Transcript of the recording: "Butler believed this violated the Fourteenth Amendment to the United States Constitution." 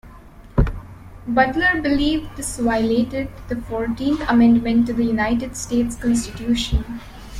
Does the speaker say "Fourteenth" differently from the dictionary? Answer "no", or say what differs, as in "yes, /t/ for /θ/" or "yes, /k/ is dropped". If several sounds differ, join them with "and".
yes, /t/ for /θ/